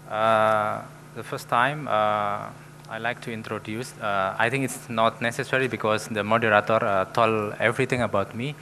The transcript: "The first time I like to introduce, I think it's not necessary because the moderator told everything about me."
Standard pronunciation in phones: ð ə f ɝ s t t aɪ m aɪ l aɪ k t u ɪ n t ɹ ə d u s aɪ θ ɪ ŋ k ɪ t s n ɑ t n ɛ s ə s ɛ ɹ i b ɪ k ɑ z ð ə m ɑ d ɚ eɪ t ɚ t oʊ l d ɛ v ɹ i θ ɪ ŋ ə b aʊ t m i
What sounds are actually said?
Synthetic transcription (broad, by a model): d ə f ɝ s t t aɪ m aɪ l aɪ k t u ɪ n t ɹ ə d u s aɪ t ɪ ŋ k ɪ t s n ɑ t n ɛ s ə s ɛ ɹ i b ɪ k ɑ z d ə m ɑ d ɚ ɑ t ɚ t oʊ l ɛ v ɹ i t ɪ ŋ ə b aʊ t m i